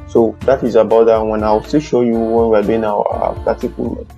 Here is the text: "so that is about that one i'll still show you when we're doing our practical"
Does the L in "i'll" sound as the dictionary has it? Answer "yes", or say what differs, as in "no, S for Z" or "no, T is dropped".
no, W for L